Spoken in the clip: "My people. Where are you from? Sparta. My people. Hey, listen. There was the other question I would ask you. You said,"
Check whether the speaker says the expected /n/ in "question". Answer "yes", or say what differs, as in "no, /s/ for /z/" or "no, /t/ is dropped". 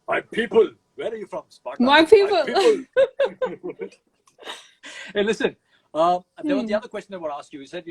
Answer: no, /n/ is dropped